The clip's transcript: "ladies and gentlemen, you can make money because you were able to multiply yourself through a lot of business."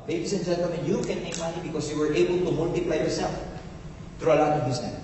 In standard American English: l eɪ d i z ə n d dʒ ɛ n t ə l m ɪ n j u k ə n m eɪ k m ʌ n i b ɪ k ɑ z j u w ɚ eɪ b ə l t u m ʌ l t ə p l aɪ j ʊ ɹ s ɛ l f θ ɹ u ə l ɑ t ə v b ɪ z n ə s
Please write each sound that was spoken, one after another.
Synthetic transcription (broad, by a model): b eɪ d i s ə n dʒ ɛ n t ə m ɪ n j u k ə n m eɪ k m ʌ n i b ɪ k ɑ s j u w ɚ eɪ b ə l t u m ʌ l t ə p l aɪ j ʊ ɹ s ɛ l f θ ɹ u ə l ɑ t ə v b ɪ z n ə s